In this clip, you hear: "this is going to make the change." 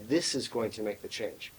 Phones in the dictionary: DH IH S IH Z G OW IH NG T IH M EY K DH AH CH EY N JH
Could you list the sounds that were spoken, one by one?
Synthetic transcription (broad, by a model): DH IH S IH Z G OW IH NG T IH M EY K DH AH CH EY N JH